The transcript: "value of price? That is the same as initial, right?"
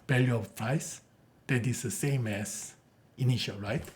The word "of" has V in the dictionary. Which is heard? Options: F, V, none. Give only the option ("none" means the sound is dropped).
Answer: F